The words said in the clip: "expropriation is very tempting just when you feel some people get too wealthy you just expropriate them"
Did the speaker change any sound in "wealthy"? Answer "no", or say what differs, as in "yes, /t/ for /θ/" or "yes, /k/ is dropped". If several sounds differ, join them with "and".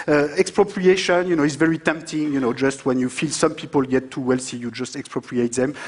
yes, /s/ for /θ/